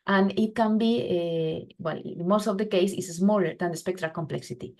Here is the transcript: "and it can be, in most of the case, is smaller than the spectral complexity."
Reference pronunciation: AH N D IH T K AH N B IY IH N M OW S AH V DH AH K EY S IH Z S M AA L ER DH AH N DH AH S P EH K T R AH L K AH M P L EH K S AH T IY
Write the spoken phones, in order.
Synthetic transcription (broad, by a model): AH N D IH T K AH N B IY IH L M OW S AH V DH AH K EY S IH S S M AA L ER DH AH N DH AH S P EH K T R AH L K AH M P L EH K S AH T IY